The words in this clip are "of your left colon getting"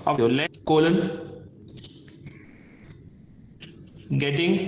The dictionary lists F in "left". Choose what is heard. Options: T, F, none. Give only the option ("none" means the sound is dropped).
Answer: none